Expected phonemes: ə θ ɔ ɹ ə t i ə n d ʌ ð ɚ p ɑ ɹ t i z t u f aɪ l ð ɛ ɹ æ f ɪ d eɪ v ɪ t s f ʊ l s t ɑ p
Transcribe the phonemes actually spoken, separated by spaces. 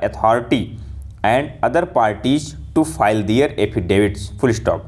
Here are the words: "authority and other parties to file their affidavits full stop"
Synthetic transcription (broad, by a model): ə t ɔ ɹ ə t i ə n d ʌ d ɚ p ɑ ɹ t i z t u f aɪ l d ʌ ɹ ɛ p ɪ d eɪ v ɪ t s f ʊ l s t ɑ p